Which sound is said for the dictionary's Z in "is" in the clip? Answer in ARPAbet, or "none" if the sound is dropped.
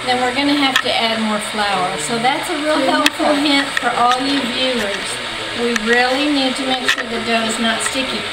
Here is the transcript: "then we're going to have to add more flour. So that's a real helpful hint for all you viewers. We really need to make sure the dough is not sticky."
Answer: Z